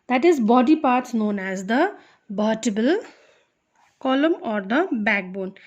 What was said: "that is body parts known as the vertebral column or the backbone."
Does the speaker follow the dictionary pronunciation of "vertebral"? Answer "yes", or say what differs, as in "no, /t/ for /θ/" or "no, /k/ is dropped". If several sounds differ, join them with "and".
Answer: no, /b/ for /v/ and /ɹ/ is dropped